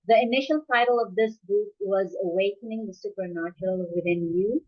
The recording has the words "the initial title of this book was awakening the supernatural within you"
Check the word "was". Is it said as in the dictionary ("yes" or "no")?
yes